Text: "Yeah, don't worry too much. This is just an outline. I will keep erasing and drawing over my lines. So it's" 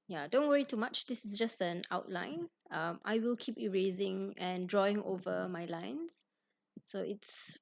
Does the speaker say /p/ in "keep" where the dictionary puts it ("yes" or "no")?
yes